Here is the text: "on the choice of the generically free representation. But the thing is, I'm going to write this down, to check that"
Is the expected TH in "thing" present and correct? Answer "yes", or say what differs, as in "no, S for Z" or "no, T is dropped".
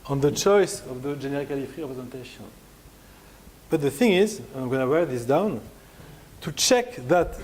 yes